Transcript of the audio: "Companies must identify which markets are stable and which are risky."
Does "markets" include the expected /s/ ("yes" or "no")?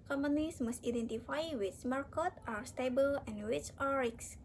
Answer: no